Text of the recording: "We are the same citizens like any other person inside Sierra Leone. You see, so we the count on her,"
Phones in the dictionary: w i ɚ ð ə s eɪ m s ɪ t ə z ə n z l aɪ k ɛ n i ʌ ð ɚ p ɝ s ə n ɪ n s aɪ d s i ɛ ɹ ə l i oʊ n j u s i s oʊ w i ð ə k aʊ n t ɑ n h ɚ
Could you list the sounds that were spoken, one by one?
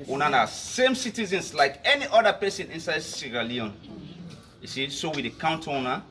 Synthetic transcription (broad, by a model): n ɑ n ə s eɪ m s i t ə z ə n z l aɪ k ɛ n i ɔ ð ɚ p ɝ s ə n ɪ n s aɪ d s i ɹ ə l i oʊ n j u s i s oʊ w i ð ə k aʊ n t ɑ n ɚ